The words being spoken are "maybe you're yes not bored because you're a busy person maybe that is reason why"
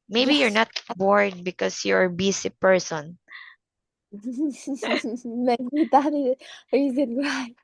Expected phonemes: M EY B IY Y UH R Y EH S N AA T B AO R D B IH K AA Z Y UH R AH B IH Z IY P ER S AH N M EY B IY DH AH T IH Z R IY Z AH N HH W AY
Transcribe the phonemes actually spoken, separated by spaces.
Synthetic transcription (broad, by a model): M EY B IY Y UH R N AA T B AO R D B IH K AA S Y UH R B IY S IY P ER S AH N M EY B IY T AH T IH R IY Z AH N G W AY